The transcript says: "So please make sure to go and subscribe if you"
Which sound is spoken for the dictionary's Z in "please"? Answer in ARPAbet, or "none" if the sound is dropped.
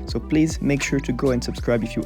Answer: Z